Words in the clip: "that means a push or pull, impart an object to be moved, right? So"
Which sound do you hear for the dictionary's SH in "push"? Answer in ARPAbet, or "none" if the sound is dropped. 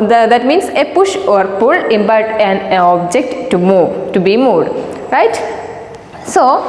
SH